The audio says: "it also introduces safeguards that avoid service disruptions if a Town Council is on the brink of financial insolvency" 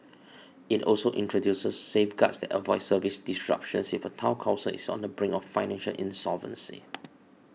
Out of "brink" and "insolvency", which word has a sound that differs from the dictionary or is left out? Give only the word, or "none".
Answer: brink